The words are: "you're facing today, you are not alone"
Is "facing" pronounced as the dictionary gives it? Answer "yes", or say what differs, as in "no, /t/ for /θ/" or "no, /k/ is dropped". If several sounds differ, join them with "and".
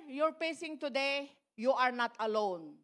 no, /p/ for /f/